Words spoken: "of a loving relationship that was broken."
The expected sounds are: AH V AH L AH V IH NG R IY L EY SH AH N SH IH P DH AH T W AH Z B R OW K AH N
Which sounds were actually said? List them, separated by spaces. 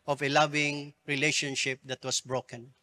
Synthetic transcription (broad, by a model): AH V AH L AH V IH NG R IY L EY SH AH N SH IH P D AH T W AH S B R OW K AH N